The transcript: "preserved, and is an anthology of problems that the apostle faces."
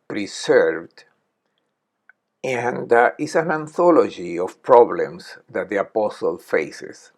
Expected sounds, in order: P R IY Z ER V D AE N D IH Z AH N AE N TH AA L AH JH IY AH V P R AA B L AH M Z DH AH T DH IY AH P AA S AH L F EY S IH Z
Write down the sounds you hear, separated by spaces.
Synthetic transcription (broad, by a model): P R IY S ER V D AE N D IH S AH N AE N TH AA L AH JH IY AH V P R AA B L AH M S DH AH T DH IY AH P AA S AH L F EY S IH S